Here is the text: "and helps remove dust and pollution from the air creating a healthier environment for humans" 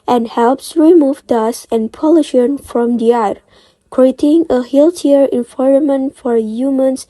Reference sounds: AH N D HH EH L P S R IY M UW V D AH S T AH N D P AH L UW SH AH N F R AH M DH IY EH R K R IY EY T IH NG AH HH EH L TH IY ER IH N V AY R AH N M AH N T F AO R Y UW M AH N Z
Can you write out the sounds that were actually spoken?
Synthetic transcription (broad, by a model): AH N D HH EH L P S R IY M UW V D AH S AH N P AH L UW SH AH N F R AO M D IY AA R K R IY EY T IH NG AH HH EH L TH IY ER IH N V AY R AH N M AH N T F AO R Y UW M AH N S